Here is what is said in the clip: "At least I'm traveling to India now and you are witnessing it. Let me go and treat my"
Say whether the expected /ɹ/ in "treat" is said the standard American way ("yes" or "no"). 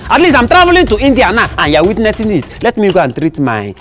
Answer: yes